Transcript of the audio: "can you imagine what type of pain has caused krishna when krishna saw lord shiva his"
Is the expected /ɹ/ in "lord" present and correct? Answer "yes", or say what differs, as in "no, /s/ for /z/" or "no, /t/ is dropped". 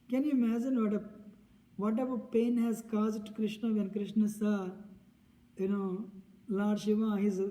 no, /l/ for /ɹ/